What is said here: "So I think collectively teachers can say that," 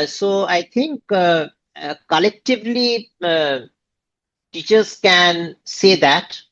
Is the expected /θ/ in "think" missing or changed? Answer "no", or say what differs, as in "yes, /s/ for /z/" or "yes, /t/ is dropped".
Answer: yes, /t/ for /θ/